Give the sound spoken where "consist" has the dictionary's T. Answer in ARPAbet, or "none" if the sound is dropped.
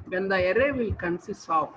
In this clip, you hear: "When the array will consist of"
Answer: none